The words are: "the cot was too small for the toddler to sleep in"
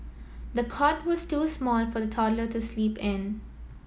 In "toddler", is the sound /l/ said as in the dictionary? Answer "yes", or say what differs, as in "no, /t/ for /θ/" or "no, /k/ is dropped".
yes